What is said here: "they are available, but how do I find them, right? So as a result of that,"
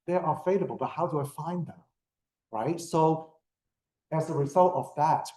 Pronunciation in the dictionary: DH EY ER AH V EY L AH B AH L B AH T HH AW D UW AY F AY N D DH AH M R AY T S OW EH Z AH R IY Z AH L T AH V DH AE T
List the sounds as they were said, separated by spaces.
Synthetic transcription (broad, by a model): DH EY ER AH F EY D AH B L B AH T HH AW D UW AY F AY N DH AH M R AY T S OW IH Z AH R IY Z AH L T AH V DH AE T